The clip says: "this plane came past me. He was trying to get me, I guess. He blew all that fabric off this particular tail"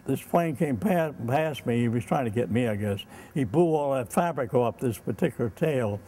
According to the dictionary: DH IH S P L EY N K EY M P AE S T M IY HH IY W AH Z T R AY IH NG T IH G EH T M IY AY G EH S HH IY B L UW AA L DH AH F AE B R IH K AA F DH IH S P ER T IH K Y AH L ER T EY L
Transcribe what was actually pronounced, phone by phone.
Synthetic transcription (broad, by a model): DH IH S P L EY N K EY M P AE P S M IY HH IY W AH Z T R AY IH NG T IH G EH T M IY AY G EH S HH IY B UW AA L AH F AE B R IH K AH P DH IH S P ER T IH K Y L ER T EY L